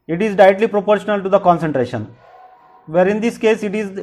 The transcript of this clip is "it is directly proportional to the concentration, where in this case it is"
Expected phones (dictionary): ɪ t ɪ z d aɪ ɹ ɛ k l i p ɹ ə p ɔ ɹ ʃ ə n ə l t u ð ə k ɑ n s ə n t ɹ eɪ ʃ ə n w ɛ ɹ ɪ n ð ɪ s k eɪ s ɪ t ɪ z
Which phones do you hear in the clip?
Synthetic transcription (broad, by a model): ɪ t ɪ z d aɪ ɛ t l i p ɹ ə p ɔ ɹ ʃ ə n ə l t u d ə k ɑ n s ə n t ɹ eɪ ʃ ə n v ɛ ɹ ɪ n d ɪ s k eɪ s ɪ t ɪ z